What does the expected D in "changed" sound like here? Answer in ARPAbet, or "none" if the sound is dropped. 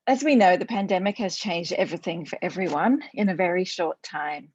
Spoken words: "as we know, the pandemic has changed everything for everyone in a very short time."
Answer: D